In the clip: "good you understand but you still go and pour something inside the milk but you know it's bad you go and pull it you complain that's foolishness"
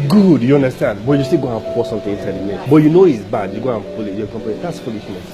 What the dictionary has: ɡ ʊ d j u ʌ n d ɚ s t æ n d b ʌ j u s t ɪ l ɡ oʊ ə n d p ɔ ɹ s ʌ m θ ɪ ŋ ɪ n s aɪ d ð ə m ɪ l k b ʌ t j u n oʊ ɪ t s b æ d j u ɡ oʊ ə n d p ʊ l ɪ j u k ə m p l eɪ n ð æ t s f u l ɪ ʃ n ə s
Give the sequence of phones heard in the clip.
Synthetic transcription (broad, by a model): ɡ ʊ d j u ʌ n d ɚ s t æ n d b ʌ j u s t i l ɡ oʊ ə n p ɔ s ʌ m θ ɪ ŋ ɪ n s aɪ d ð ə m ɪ k b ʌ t j u n oʊ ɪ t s b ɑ d j u ɡ oʊ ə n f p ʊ l ɪ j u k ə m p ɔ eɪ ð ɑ t s f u l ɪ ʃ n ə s